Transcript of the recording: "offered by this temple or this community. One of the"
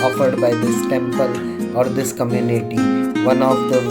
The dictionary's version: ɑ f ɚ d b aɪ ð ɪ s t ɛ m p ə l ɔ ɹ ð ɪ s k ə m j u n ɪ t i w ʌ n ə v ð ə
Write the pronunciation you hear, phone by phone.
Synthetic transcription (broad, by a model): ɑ f ɚ d b aɪ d ɪ s t ɛ m p ə l ɔ ɹ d ɪ s k ə m j u n ɪ t i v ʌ n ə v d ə